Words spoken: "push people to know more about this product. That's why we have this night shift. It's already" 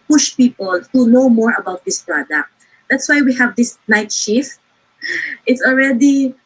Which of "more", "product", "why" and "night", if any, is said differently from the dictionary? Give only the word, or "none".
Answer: none